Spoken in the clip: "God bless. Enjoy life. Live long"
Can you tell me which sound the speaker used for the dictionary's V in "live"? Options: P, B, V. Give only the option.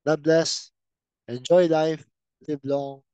B